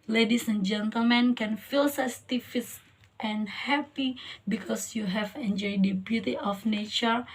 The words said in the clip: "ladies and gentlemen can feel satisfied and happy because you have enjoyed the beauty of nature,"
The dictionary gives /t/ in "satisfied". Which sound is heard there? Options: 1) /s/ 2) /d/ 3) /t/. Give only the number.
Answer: 1